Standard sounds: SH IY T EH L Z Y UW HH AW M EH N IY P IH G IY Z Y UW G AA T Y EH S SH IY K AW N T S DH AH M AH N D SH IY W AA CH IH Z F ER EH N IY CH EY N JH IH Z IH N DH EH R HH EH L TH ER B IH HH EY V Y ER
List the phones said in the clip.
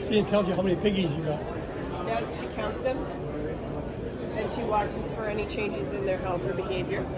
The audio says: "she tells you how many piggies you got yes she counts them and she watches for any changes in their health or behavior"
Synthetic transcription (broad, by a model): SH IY T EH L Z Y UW HH AW M EH N IY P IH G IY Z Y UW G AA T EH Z SH IY K AW N T S DH AH M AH N SH IY W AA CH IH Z F ER EH N IY CH EY N JH IH Z IH N DH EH R HH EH L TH ER B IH HH EY V Y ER